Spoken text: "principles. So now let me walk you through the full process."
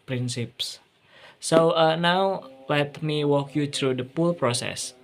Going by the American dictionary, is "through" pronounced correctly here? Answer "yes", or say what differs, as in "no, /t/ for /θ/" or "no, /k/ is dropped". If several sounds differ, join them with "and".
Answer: no, /t/ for /θ/